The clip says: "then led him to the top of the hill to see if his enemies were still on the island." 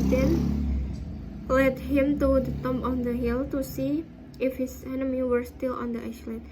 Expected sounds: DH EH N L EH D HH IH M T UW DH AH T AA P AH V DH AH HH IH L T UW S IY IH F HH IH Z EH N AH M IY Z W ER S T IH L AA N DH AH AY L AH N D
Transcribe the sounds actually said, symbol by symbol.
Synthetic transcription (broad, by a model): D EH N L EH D HH IH M T UW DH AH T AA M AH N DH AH HH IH L T UW S IY IH F HH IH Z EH N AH M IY W ER S T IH L AA N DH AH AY L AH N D